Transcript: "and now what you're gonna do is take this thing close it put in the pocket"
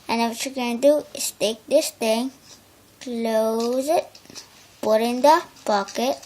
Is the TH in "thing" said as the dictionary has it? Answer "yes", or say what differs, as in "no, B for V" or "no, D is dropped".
no, T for TH